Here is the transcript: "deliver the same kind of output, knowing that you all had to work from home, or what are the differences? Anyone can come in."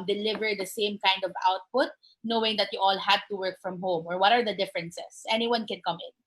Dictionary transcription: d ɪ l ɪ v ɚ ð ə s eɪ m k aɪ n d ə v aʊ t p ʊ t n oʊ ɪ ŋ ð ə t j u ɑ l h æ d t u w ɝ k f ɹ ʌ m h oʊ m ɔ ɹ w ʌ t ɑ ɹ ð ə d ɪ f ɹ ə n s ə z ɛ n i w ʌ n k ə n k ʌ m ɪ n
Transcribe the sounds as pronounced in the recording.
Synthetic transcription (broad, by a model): d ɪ l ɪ v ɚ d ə s eɪ m k aɪ n d ə v aʊ t p ʊ t n oʊ ɪ ŋ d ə t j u ɑ l h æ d t u w ɝ k f ɹ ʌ m h oʊ m ɔ ɹ w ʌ t ɑ ɹ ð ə d ɪ f ɹ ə n s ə s ɛ n i w ʌ n k ə n k ʌ m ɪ n